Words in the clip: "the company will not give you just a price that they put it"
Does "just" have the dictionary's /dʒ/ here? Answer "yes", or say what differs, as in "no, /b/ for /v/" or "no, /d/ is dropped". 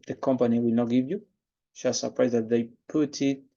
no, /ʃ/ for /dʒ/